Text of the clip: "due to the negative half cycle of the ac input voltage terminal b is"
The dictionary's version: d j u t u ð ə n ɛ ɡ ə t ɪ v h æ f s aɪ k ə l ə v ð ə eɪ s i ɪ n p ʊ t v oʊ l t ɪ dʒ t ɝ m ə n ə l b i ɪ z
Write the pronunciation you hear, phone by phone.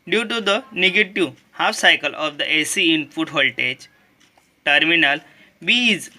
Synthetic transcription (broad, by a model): d j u t u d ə n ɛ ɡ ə t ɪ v h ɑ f s aɪ k ə l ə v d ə eɪ s i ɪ n f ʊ t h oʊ l t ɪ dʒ t ɝ m ə n ə l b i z